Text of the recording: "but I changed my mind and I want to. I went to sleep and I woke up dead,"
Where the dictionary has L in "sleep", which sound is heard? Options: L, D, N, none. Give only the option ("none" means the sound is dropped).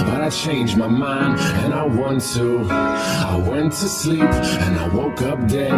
L